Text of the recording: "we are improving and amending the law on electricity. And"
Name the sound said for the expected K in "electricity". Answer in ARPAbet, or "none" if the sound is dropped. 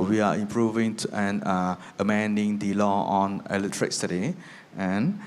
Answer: none